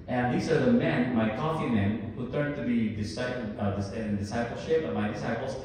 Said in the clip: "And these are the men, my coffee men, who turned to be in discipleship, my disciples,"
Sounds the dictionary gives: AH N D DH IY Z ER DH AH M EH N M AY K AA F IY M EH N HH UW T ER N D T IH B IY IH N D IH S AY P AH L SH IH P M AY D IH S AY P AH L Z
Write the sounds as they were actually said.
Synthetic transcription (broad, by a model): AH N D DH IY Z ER DH AH M EH N M AY K AA F IY M EH N HH UW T ER N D S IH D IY IH N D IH S AY P L SH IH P M AY D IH S AY P L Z